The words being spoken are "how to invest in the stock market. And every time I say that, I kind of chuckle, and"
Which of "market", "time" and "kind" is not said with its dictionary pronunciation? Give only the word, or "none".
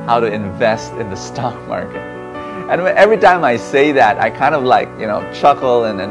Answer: none